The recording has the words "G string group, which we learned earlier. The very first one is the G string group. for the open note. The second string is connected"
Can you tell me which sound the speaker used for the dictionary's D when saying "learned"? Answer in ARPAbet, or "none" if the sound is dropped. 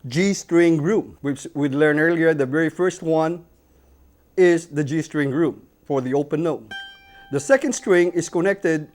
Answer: none